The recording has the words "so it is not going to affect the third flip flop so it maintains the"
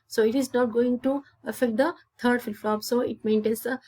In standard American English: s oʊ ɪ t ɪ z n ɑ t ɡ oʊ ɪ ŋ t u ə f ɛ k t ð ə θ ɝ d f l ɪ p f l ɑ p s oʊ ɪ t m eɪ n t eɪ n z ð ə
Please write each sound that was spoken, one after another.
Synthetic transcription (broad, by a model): s oʊ ɪ t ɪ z n ɑ t ɡ oʊ ɪ ŋ t u ə f ɛ k t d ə t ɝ d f ɪ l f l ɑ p s oʊ ɪ t m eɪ n t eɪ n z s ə